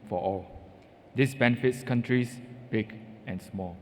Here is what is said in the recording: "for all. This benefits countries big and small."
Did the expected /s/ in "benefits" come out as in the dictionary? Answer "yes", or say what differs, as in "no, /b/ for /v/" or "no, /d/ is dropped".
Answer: yes